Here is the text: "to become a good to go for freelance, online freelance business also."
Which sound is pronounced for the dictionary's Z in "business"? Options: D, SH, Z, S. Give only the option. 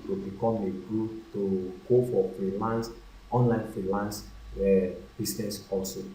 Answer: S